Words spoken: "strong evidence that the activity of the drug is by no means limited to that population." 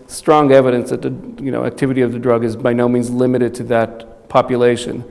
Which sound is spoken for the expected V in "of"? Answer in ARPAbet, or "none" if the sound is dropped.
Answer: V